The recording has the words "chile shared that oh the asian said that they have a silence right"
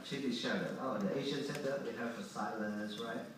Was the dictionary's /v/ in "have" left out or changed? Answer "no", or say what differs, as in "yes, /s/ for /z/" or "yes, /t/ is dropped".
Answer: yes, /f/ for /v/